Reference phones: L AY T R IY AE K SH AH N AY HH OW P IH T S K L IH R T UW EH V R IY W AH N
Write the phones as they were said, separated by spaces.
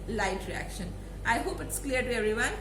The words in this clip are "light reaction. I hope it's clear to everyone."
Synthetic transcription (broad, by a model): L AY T R IY AE K SH AH N AY HH OW P IH T S K L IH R T UW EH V R IY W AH N